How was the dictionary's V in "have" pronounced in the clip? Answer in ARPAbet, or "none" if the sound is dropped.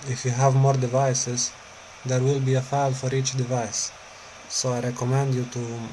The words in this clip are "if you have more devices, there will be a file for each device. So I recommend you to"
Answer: V